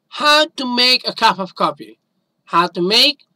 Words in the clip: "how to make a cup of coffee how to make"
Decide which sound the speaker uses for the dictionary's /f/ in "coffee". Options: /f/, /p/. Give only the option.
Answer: /p/